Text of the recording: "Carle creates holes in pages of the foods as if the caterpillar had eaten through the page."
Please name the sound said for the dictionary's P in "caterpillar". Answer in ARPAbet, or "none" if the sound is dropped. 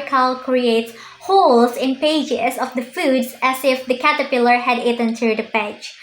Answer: P